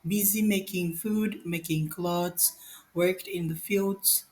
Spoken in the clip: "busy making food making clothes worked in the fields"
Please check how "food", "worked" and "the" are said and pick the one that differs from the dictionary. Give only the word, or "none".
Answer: none